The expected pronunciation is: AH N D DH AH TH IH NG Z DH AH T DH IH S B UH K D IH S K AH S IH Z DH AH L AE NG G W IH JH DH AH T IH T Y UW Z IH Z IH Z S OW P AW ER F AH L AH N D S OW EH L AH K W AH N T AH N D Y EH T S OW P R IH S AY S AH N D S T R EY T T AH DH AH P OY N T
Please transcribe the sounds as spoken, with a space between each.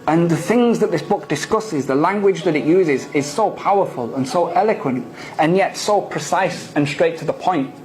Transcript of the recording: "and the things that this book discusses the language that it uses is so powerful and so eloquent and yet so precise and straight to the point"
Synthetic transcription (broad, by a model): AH N DH AH TH IH NG Z DH AH T DH IH S B UH K D IH S K AH S IH Z DH AH L AE NG G W IH JH DH AH T IH T Y UW Z IH Z IH Z S OW P AW ER F AH L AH N S OW EH L AH K W AH N T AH N Y EH T S OW P R IH S AY S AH N S T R EY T T AH DH AH P OY N T